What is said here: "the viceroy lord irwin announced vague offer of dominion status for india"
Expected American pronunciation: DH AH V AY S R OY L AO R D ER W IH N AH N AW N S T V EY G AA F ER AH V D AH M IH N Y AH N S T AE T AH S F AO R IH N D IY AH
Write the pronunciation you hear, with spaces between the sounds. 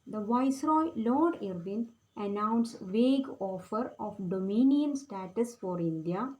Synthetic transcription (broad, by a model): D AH V AY S R OY L AO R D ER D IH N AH N AW N S V EY G AA F ER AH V D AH M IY N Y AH N S T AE T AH S F AO R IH N D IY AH